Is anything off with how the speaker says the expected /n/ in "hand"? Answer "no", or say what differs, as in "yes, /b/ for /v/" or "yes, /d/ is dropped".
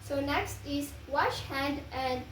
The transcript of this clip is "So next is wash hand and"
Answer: no